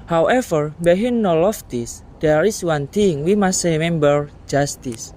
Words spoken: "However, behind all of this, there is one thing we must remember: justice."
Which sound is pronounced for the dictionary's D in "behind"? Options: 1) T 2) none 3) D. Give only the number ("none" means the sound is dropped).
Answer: 2